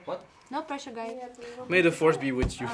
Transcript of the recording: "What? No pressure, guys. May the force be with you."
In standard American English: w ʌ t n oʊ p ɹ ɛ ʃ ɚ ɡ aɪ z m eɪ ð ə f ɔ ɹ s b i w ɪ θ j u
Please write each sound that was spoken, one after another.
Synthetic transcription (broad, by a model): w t n oʊ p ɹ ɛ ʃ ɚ ɡ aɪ m eɪ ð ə f ɔ ɹ s b i w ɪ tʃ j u